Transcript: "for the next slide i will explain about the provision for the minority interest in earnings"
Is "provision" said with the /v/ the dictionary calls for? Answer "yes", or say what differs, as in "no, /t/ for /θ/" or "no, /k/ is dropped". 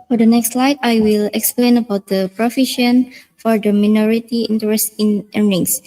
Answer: no, /f/ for /v/